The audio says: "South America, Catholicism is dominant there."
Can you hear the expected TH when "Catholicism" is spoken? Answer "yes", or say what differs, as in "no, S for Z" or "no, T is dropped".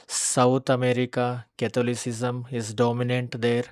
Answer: no, T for TH